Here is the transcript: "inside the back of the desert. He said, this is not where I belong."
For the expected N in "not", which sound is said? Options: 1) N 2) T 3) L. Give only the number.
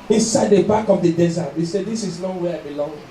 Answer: 3